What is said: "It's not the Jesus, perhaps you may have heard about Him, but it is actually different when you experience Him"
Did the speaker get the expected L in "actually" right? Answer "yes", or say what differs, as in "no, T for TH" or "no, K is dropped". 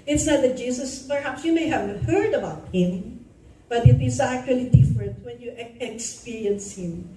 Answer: yes